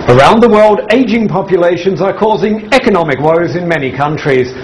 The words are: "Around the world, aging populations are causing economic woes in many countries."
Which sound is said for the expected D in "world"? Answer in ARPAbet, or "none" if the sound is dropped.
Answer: D